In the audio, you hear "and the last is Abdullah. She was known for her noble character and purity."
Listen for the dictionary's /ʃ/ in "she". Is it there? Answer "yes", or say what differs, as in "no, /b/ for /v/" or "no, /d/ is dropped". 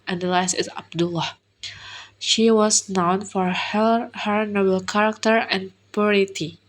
yes